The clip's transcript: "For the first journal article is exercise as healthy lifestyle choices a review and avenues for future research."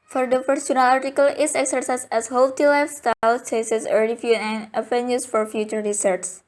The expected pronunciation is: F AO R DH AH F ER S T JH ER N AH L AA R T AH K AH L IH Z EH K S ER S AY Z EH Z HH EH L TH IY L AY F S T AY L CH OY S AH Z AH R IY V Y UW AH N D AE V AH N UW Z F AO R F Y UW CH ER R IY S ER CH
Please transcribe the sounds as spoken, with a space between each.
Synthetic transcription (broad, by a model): F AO R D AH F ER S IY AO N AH L AA R T AH K AH L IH S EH K S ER S AY S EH S HH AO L T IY L AY F S T AY L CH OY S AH S AH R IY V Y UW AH N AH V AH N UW S F AO R F Y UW CH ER R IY S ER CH